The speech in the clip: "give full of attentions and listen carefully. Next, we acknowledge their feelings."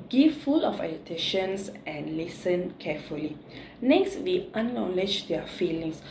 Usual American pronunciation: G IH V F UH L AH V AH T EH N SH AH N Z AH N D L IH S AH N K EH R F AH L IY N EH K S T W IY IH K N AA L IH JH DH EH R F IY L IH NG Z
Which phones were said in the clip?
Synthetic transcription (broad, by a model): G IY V F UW L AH F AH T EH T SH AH N S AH N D L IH S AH N K EH F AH L IY N EH K S T W IY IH N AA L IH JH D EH F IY L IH NG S